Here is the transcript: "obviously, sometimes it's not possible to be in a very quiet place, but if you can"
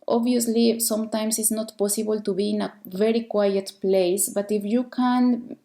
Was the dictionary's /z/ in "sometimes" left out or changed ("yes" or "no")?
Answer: yes